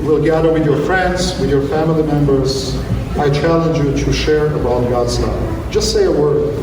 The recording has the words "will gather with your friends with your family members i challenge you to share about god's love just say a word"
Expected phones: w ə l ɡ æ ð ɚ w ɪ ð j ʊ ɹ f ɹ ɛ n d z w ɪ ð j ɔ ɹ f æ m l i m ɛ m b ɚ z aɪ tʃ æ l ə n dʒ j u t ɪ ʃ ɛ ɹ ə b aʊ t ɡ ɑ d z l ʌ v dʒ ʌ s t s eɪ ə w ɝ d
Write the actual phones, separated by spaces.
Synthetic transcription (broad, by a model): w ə l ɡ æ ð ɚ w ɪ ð j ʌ ɹ f ɹ ɛ n d z w ɪ ð j ɔ ɹ f æ m l i m ɛ m b ɚ z aɪ tʃ æ l ə n dʒ j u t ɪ ʃ ɛ ɹ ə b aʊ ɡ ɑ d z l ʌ dʒ ʌ s t s eɪ ə w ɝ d